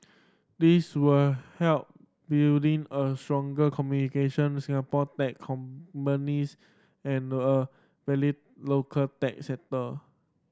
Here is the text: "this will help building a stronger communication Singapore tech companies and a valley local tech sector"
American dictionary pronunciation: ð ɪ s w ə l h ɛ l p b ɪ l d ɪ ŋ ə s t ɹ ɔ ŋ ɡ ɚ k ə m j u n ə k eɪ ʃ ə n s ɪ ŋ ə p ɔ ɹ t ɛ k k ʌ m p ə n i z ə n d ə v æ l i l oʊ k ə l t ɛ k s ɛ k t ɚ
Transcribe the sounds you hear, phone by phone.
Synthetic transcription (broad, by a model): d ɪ s w ə l h ɛ l p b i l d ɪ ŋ ə s t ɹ ɔ ŋ ɡ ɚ k ə m j u n ə k eɪ ʃ ə n s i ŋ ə p ɔ t ɛ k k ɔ m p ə n i s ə n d ə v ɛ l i l oʊ k ə l t ɛ k s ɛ t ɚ